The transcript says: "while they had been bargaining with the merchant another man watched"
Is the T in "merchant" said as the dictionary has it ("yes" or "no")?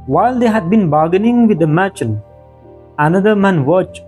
no